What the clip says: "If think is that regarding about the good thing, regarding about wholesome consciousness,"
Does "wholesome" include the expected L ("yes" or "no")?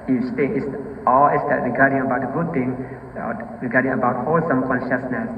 yes